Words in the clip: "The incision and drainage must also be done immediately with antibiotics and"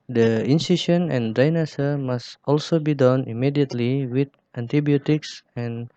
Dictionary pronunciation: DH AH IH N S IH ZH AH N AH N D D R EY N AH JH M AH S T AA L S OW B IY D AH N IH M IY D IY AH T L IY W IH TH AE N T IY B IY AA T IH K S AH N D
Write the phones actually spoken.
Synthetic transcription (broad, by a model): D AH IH N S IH SH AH N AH N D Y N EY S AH M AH S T AA L S OW B IY D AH N IH M IY D IY AH T L IY W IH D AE N T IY B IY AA T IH K S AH N